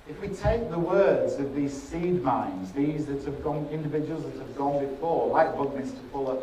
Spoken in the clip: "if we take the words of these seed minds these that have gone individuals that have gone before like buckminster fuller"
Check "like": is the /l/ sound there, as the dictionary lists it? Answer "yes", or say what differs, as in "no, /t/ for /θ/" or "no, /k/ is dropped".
no, /w/ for /l/